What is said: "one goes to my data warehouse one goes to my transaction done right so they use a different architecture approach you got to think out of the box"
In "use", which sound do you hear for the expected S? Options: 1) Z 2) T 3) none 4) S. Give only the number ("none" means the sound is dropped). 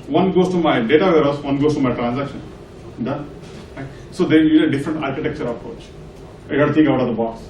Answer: 3